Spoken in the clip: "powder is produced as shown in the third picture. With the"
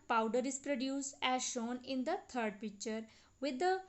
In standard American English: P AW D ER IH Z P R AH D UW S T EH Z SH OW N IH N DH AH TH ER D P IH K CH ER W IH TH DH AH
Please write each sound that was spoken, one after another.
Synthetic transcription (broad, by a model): P AW D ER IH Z P R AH D UW S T EH Z SH OW N IH N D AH T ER D P IH K CH ER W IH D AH